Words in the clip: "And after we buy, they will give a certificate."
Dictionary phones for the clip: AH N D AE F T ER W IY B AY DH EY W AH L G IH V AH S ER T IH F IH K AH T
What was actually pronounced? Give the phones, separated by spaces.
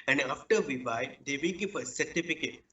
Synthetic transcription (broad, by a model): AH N D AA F T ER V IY B AY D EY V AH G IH P AH S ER T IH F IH K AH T